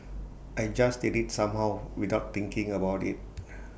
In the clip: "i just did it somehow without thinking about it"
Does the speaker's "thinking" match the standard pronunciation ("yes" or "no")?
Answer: no